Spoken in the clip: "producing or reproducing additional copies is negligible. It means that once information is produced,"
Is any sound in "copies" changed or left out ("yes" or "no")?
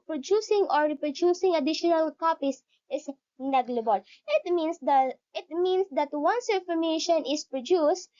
yes